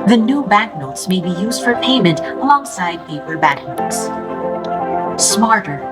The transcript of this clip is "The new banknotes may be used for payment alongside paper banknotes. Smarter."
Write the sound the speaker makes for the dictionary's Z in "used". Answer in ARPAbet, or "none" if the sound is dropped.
Z